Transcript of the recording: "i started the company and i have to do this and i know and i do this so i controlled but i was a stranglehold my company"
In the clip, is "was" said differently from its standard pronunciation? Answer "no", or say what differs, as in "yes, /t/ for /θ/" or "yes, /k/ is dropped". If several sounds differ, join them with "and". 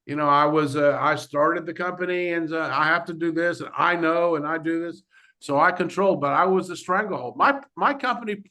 no